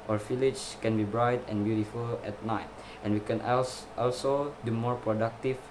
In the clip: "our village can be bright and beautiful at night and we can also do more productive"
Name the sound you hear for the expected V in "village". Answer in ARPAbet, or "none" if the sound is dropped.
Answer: F